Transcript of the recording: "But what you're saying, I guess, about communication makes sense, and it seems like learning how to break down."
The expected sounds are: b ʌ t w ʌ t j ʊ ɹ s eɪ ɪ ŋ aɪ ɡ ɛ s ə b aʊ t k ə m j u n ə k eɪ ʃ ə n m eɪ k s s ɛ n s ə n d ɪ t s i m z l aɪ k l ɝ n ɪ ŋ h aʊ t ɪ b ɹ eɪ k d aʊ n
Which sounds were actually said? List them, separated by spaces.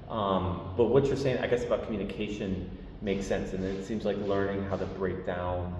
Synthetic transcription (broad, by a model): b ʌ t w ʌ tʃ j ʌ ɹ s eɪ ɪ ŋ aɪ ɡ ɛ s ə b aʊ t k m j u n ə k eɪ ʃ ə n m eɪ k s s ɛ n s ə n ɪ ɪ t s i m z l aɪ k l ɝ n ɪ ŋ h aʊ t ɪ b ɹ eɪ k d aʊ n